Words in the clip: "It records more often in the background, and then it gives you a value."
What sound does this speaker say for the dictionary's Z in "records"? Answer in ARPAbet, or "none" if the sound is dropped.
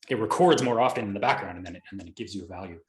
Z